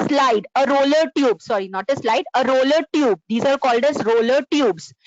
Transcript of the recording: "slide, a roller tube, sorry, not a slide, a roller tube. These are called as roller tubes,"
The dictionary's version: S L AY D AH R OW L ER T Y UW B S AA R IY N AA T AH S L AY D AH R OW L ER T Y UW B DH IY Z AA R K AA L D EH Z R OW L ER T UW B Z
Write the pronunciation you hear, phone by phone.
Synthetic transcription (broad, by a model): S L AY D AH R OW L ER T Y UW B S AA R IY N AA T AH S L AY D AH R OW L ER T Y UW B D IY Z AA R K AA L D EH Z R OW L ER T UW B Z